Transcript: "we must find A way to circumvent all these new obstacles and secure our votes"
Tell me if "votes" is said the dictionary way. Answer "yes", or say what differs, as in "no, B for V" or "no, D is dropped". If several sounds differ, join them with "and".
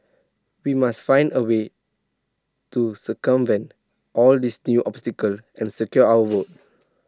no, S is dropped